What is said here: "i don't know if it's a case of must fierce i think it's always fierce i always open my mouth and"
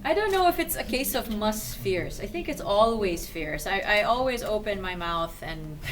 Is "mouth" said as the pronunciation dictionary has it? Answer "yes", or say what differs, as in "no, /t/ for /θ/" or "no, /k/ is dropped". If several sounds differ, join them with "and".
yes